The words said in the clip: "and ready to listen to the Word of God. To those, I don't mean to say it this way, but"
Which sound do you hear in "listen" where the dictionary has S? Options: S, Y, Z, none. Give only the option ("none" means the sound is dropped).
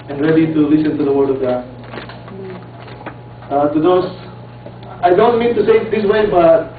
S